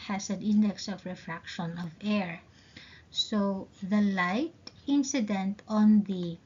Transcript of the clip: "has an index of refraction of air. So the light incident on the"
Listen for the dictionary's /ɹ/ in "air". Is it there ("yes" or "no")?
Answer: yes